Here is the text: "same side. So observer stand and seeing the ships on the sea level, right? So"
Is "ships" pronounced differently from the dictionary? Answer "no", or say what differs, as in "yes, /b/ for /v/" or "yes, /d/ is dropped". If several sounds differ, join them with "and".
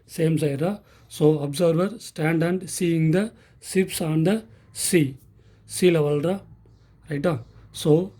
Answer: yes, /s/ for /ʃ/